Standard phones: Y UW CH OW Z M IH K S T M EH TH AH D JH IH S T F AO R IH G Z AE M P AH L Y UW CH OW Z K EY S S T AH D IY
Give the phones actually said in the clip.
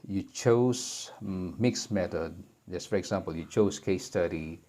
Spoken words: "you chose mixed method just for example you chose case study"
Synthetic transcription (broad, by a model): Y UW CH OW S M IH K S M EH T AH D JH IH S F AO R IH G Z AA M P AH L Y UW CH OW S K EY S S T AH D IY